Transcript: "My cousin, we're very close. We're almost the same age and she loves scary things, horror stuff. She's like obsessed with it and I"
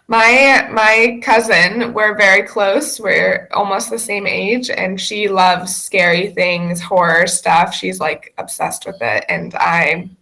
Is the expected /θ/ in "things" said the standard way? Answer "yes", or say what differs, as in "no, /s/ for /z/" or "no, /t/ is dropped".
yes